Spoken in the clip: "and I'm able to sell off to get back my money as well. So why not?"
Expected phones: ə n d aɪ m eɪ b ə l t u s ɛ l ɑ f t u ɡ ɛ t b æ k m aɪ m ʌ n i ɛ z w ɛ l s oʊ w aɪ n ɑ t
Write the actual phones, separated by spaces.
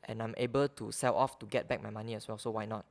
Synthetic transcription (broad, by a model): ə n aɪ m eɪ b ə l t u s ɛ l ɑ f t u ɡ ɛ t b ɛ k m aɪ m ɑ n i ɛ s w ɛ l s oʊ w aɪ n ɑ t